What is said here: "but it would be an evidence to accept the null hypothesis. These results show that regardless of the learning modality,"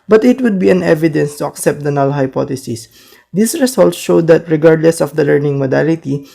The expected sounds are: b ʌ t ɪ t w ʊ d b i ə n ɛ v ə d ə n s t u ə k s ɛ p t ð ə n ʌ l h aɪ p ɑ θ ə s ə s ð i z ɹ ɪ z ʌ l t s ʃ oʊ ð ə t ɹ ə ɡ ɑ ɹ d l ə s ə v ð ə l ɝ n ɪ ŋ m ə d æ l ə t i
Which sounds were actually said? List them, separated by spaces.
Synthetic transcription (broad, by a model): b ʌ t ɪ t w ʊ d b i ə n ɛ v ə d ə n s t u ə k s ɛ p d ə n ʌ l h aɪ p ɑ t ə s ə s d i s ɹ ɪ s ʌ l t s ʃ oʊ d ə t ɹ ə ɡ ɑ ɹ d l ə s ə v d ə l ɝ n ɪ ŋ m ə d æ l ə t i